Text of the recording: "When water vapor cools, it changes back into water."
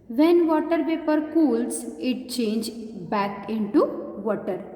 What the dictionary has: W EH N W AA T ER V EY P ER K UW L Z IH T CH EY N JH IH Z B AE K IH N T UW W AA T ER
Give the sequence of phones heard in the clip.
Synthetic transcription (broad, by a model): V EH N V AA T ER P EY P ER K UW L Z IH T CH EY N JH B AE K IH N T UW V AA T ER